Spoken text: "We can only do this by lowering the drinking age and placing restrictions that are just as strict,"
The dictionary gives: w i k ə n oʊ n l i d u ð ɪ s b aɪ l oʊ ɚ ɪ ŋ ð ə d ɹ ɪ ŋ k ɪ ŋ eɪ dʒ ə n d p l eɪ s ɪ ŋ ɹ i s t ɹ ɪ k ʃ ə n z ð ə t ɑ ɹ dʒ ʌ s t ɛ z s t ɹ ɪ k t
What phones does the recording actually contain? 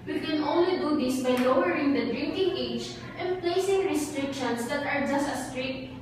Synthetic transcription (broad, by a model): w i k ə n oʊ n l i d u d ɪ s b aɪ l oʊ ɚ ɪ ŋ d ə d ɹ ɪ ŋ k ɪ ŋ eɪ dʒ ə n p l eɪ s ɪ ŋ ɹ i s t ɹ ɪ k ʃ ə n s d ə t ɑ ɹ dʒ ʌ s t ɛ s t ɹ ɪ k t